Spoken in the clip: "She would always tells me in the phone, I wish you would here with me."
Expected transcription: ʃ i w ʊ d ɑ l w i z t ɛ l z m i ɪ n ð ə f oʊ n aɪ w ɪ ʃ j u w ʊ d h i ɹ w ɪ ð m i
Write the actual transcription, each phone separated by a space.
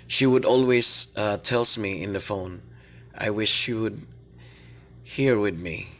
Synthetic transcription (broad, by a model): ʃ i w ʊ d ɑ l w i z t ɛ l s m i ɪ n ð ə f oʊ n aɪ w ɪ ʃ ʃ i w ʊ d h i ɹ w ɪ ð m i